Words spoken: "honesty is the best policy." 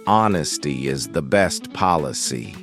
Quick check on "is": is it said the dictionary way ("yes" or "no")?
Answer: yes